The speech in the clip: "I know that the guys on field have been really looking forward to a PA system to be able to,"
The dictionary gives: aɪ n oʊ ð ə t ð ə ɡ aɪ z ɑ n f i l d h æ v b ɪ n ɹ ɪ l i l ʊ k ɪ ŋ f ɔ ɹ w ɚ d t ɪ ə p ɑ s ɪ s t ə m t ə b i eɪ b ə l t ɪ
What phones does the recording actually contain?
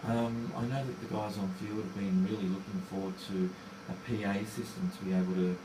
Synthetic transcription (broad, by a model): aɪ n oʊ ð ə t ð ə ɡ aɪ z n f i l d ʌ v b ɪ n ɹ ɪ l i l ʊ k ɪ ŋ f ɔ ɹ w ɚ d t ɪ ə p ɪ s ɪ s t ə m t ə b i eɪ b l t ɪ